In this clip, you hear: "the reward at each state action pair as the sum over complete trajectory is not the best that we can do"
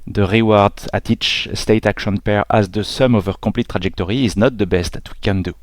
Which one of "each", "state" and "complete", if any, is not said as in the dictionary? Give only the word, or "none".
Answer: complete